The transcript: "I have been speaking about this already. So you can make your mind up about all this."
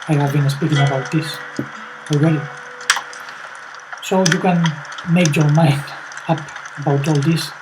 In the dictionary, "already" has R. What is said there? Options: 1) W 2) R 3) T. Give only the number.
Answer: 1